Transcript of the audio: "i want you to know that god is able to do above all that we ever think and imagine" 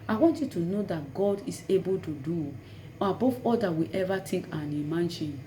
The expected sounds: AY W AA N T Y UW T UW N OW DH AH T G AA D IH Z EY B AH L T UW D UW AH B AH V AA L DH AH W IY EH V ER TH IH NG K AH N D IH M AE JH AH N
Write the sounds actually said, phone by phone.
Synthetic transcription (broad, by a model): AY W AA N T Y UW T UW N OW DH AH T G AA D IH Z EY B AH L T UW D UW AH B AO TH AA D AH W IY EH V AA T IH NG K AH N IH M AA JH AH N